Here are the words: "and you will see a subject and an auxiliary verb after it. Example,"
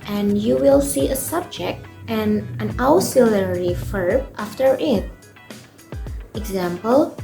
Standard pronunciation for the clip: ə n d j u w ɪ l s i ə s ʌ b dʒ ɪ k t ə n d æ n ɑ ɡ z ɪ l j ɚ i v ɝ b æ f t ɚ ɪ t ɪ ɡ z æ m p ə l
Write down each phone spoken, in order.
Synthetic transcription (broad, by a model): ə n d j u w ɪ l s i ə s ʌ b dʒ ɪ k t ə n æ n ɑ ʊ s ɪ l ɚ i f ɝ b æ f t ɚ ɪ t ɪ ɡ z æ m p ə l